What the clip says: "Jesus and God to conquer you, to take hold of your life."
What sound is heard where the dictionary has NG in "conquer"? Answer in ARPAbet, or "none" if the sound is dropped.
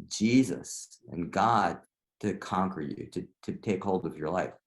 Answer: NG